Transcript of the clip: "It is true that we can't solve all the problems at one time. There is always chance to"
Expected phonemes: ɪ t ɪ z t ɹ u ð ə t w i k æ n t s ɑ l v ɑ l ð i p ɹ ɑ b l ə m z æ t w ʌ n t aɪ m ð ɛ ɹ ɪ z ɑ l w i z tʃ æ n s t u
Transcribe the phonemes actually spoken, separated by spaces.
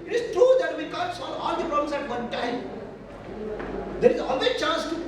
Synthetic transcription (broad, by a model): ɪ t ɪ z t ɹ u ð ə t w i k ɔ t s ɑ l ɑ l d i p ɹ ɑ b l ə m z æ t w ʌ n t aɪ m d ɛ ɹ ɪ z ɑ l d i tʃ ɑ n s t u